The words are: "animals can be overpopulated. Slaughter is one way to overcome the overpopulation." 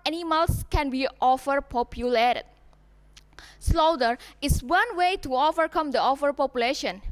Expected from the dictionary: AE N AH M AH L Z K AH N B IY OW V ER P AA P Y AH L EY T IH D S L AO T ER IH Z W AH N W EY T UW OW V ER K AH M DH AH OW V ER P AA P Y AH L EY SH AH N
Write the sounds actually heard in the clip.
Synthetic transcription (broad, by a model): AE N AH M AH L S K AH N B IY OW F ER P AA P Y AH L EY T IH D S L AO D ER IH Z W AH N W EY T UW OW V ER K AH M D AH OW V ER P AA P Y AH L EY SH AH N